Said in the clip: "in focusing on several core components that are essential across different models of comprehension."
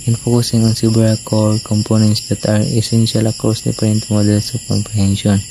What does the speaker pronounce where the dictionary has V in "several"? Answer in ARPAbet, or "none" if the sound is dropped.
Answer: B